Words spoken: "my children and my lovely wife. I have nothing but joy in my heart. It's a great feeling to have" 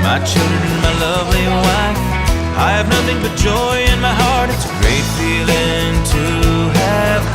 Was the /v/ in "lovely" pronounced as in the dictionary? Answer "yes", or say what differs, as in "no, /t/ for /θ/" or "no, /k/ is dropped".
yes